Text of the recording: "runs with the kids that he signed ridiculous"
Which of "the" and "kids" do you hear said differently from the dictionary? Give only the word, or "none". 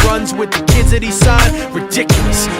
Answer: none